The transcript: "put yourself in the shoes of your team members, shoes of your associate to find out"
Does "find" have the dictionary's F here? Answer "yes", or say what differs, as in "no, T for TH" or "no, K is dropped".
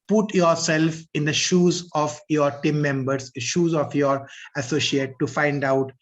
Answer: yes